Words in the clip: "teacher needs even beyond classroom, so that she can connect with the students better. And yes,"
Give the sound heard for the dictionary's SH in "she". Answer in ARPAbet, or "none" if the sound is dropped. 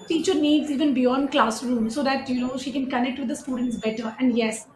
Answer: SH